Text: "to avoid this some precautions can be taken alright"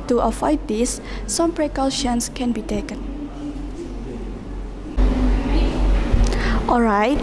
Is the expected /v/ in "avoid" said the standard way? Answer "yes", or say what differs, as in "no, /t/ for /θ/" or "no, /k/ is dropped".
no, /f/ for /v/